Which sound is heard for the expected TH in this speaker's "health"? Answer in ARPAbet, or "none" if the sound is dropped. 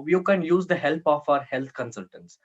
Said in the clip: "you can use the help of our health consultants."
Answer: T